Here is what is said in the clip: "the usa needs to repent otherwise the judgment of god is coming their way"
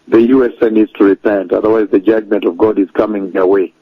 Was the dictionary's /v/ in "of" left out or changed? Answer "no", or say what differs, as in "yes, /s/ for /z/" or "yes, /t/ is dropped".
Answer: no